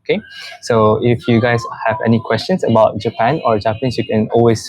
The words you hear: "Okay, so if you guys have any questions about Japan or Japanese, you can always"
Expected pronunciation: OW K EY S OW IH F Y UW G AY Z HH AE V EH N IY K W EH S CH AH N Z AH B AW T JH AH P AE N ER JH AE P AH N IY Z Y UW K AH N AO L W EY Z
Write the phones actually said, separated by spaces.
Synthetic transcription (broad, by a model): K EY S OW IH F Y UW G AY S HH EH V EH N IY K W EH S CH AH N S AH B AW T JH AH P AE N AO JH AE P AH N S Y UW K AH N AO L W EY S